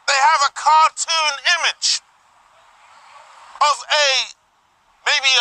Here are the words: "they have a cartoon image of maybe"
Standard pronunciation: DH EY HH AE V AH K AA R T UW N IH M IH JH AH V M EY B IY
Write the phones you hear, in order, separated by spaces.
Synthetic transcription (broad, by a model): DH EY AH V AH K AA R T UW N IH M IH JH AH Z M EY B IY